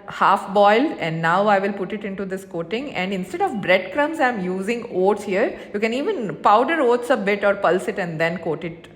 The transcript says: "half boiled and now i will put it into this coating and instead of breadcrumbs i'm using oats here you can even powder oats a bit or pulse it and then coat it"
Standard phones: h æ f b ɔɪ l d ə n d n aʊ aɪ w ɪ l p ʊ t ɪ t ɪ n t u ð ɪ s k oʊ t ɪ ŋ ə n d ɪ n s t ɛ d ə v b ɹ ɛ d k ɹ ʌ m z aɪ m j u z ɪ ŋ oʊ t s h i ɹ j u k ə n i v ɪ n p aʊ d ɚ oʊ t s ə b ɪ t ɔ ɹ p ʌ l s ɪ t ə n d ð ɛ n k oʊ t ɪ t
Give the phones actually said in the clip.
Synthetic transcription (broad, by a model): h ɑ f b ɔɪ l ə n d n aʊ aɪ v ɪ l p ʊ t ɪ t ɪ n t u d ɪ s k oʊ t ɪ ŋ ə n d ɪ n s t ɛ d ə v b ɹ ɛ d k ɹ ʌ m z aɪ m j u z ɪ ŋ oʊ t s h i ɹ j u k ə n i v ɪ n p aʊ d ɚ oʊ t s ə b ɪ t ɔ ɹ p ʌ l s ɪ t ə n d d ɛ n k oʊ t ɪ t